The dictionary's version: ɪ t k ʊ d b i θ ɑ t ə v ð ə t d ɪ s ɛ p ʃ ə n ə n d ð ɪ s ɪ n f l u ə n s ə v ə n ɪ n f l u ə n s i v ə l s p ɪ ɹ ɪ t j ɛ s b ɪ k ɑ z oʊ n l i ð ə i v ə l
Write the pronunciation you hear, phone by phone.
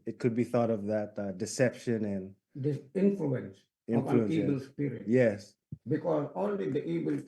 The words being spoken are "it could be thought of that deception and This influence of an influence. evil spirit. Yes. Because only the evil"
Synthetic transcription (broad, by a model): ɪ t k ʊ d b i θ ɑ t ə v ð ə t d ɪ s ɛ p ʃ ə n ə n d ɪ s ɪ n f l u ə n s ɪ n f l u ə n i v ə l s p ɪ ɹ ɪ t j ɛ s b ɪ k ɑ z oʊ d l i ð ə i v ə l